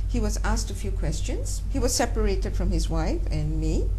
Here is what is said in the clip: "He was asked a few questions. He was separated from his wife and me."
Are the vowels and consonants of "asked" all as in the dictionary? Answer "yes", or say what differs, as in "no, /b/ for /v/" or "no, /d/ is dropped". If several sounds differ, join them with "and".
yes